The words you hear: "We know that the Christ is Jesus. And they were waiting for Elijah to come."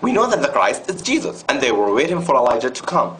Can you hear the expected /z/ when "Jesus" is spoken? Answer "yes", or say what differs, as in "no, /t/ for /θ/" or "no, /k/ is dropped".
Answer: yes